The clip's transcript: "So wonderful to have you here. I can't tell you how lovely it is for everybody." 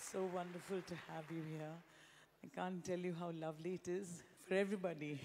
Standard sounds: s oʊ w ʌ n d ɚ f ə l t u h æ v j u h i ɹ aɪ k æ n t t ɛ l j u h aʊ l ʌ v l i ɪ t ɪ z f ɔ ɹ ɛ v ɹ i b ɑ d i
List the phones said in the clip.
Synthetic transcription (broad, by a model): s oʊ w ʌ n d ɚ f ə l t u h æ v j u h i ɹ aɪ k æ n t t ɛ l j u h aʊ l ʌ v l i ɪ t ɪ z f ɔ ɹ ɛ v ɹ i b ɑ d i